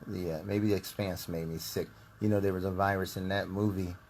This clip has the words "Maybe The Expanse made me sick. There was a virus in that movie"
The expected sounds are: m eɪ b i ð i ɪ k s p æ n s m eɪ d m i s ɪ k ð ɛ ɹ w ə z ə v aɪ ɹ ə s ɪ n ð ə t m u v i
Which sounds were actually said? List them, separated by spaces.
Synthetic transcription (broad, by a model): m eɪ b i ð i ɪ k s p æ n s m eɪ d m i s ɪ k ð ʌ ɹ w ə z ə v aɪ ɹ ə s ɪ n ð ə t m u v i